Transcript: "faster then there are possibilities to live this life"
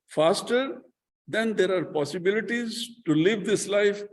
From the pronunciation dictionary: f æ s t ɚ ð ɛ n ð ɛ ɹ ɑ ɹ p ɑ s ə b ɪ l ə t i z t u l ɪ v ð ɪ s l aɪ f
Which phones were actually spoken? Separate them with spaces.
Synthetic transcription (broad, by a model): f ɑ s t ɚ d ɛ n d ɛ ɹ ɑ ɹ p ɑ s ə b ɪ l ə t i z t u l ɪ v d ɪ s l aɪ f